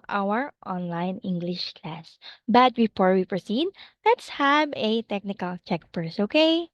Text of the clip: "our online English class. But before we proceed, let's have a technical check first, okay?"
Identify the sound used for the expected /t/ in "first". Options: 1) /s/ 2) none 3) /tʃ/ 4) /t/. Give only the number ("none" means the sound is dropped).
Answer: 2